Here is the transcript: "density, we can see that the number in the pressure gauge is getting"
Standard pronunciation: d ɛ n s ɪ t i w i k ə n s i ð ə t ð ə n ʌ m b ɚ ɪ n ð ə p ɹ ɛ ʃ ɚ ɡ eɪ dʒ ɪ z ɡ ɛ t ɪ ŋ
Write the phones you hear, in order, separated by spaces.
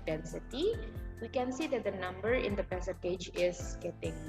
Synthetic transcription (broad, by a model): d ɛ n s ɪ t i w i k ə n s i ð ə t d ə n ʌ m b ɚ ɪ n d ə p ɛ s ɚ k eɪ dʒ ɪ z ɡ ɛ t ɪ ŋ